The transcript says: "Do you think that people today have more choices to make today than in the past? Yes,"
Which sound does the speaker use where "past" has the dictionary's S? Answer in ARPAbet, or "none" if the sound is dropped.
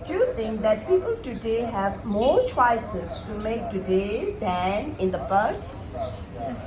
none